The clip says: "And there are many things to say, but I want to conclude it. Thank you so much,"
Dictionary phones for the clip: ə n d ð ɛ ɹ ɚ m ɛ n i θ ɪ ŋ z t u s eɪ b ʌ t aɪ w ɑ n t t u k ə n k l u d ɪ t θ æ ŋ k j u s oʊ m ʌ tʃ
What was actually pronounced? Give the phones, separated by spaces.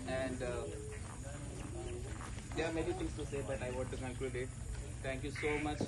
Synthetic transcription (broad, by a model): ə n d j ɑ m ɛ n i t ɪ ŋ s t u s eɪ b ʌ t aɪ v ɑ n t t u k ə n k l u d ɪ t t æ ŋ k j u s oʊ m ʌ tʃ